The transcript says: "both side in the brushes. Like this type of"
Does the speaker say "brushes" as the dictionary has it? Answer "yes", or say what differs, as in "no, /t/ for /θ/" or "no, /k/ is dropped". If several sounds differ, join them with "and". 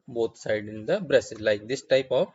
no, /s/ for /ʃ/